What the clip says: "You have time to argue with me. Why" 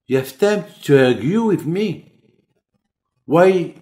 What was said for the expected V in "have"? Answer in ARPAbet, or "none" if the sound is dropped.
F